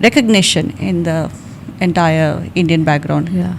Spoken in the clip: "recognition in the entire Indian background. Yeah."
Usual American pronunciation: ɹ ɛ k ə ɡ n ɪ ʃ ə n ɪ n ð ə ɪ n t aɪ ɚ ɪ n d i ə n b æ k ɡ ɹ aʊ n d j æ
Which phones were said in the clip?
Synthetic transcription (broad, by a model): ɹ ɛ k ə ɡ n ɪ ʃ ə n ɪ n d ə ɪ n t aɪ ɚ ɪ n d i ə n b æ k ɡ ɹ aʊ n d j